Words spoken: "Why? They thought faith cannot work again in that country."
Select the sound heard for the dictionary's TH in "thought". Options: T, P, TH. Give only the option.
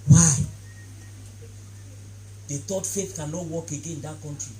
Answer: T